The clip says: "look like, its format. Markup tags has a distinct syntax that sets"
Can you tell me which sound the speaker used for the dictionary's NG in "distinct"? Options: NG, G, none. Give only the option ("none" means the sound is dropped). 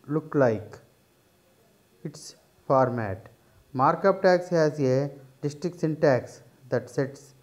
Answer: none